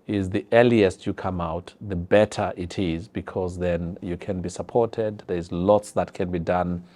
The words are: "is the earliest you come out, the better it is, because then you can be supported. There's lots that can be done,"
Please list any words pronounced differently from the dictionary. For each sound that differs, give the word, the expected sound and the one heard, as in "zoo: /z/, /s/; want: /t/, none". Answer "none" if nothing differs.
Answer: none